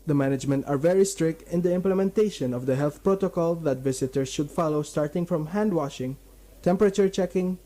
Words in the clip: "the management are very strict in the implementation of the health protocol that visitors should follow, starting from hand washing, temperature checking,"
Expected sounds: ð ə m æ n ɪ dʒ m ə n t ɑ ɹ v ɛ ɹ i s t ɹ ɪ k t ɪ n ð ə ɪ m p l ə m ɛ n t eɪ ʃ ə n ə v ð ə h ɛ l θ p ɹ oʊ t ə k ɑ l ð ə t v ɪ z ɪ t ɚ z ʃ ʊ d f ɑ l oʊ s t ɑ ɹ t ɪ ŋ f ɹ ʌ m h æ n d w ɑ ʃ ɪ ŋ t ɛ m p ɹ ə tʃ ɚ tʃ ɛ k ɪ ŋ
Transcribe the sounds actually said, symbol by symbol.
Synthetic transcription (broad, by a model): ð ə m æ n ɪ dʒ m ə n t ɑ ɹ v ɛ ɹ i s t ɹ ɪ k t ɪ n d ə ɪ m p l ə m ɛ n t eɪ ʃ ə n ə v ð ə h ɛ l θ p ɹ oʊ t ə k ɑ l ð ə t v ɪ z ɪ t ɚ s ʃ ʊ d f ɑ l oʊ s t ɑ ɹ t ɪ ŋ f ɹ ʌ m h æ n d w ɑ ʃ ɪ ŋ t ɛ m p ɹ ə tʃ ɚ tʃ ɛ k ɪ ŋ